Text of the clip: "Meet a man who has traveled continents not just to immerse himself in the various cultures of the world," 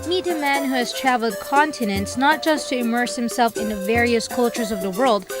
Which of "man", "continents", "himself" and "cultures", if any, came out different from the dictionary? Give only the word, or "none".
none